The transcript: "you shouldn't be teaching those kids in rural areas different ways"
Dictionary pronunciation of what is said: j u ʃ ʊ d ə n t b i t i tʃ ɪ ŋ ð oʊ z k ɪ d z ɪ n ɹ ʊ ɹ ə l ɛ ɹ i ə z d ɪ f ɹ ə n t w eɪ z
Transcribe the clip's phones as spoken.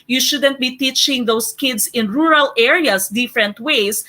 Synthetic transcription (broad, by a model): j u ʃ ʊ d ə n t b i t i tʃ ɪ ŋ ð oʊ s k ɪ d s ɪ n ɹ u ɹ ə l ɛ ɹ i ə s d ɪ f ɹ ə n t w eɪ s